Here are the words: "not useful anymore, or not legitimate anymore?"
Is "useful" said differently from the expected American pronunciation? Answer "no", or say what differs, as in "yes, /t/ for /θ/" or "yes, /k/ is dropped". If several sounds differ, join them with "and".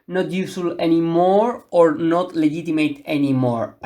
yes, /f/ is dropped